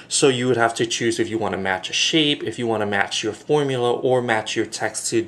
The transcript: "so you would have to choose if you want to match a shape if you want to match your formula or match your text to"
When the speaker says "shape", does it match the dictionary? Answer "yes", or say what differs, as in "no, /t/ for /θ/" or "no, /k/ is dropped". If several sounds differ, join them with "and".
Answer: yes